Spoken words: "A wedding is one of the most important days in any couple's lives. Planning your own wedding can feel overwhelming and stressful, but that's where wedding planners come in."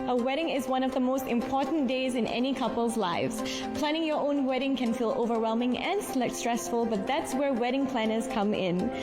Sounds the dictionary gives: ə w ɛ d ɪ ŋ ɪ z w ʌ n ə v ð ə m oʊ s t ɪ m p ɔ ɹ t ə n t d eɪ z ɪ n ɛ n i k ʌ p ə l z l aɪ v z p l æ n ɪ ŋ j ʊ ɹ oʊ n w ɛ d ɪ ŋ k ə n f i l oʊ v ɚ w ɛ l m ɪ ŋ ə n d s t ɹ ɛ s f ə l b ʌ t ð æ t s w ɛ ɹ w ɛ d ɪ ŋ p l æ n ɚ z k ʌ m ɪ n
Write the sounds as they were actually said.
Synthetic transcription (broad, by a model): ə w ɛ d ɪ ŋ ɪ z w ʌ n ə v ð ə m oʊ s t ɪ m p ɔ ɹ t n d eɪ z ɪ n ɛ n i k ʌ p ə l z l aɪ v z p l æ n ɪ ŋ j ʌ ɹ oʊ n w ɛ d ɪ ŋ k ə n f i l oʊ v ɚ w ɛ l m ɪ ŋ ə n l s t ɹ ɛ s f ə l b ʌ t ð æ t s w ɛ ɹ w ɛ d ɪ ŋ p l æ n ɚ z k ʌ m ɪ n